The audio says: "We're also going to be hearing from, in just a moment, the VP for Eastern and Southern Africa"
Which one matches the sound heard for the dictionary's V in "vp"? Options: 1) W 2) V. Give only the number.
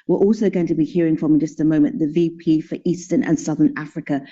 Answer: 2